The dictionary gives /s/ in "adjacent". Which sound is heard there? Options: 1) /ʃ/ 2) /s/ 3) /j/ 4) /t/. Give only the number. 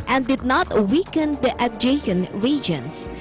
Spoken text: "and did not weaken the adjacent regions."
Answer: 1